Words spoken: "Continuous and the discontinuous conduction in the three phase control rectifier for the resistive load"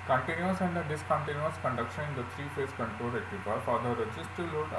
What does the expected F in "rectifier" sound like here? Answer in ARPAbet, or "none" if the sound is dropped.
P